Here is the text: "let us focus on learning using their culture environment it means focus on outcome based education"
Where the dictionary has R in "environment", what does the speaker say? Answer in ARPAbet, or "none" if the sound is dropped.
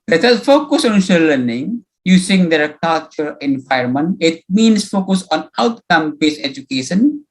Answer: none